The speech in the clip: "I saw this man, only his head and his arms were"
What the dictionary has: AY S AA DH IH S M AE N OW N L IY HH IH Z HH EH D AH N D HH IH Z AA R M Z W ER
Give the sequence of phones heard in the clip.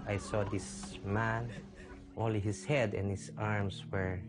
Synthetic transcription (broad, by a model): AY S AA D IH S M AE N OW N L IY HH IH S HH EH D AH N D HH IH S AA R M S W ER